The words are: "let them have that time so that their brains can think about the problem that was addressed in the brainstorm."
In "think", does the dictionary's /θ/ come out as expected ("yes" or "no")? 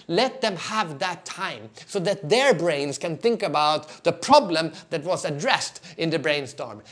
yes